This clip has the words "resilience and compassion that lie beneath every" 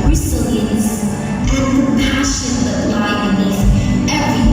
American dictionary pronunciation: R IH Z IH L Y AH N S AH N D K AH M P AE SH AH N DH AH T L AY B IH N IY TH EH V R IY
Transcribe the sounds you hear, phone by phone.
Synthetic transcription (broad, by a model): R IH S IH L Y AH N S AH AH P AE SH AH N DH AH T L AY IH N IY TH EH V R IY